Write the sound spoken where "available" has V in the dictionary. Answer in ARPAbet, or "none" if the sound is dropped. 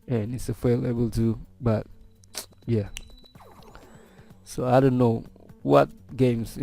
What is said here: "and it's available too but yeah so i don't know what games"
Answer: F